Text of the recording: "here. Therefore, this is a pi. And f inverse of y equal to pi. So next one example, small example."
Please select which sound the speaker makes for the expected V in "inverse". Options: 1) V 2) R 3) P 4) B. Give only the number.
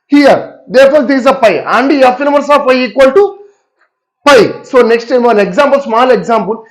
4